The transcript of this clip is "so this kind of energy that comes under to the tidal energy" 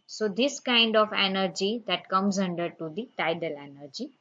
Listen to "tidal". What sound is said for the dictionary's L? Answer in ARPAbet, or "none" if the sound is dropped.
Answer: L